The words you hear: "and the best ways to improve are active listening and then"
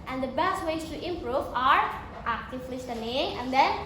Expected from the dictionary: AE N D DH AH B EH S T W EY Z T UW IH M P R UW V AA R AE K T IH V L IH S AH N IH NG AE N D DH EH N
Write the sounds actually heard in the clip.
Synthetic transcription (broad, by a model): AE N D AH B EH S T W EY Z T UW IH M P R UW V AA R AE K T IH F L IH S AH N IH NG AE N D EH N